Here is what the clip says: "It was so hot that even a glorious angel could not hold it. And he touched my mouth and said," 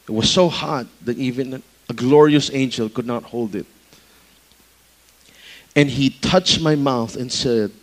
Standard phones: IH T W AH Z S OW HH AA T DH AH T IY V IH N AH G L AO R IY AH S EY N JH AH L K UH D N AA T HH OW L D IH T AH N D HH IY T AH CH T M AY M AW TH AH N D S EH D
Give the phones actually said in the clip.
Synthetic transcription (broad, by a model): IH T W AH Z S OW HH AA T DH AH T IY V IH N AH G L AO R IY AH S EY N JH AH L K UH D N AA T HH OW L D IH T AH N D HH IY T AH CH T M AY M AW TH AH N S EH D